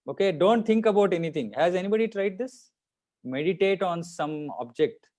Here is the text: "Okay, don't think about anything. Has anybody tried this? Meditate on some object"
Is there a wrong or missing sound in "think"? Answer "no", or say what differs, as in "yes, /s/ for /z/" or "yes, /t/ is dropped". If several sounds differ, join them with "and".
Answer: yes, /t/ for /θ/